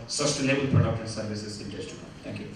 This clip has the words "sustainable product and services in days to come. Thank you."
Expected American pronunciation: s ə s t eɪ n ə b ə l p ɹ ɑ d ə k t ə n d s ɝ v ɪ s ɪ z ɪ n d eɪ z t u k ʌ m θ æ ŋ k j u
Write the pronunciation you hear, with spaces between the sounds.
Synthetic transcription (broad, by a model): s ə s t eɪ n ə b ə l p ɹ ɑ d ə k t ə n s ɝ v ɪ s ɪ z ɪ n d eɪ s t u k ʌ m t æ ŋ k j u